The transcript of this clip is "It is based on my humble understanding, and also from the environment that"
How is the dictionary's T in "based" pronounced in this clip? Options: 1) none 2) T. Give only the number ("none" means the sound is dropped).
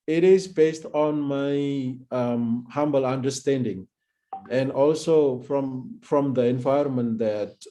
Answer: 2